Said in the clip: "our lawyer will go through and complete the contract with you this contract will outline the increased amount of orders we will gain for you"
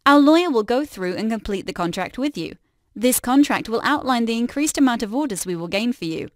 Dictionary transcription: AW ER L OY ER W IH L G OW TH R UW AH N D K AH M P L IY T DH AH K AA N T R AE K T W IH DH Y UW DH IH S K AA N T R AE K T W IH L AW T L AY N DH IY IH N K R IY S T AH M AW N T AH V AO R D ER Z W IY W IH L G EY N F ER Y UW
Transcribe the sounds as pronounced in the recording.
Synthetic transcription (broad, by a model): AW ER L OY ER W IH L G OW TH R UW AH N K AH M P L IY T DH AH K AA N T R AE K T W IH DH Y UW DH IH S K AA N T R AE K T W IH L AW T L AY N DH IY IH N K R IY S T AH M AW N T AH V AO R D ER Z W IY W IH L G EY N F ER Y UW